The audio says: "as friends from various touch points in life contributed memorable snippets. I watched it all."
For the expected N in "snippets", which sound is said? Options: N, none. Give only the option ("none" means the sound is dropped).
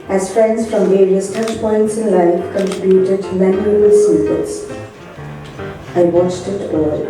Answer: none